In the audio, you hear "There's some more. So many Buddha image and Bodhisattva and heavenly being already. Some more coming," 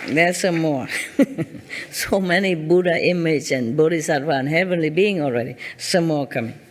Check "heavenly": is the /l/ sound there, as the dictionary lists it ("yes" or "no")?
yes